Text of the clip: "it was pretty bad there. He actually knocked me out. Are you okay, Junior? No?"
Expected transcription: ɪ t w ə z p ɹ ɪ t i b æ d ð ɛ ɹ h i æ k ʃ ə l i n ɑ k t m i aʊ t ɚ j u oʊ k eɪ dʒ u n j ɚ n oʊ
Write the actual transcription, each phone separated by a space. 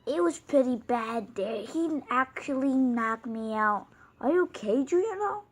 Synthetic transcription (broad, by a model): ɪ t w ə z p ɹ ɪ t i b æ d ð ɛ ɹ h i æ k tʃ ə l i n ɑ k m i aʊ t ɚ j oʊ k eɪ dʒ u j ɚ n oʊ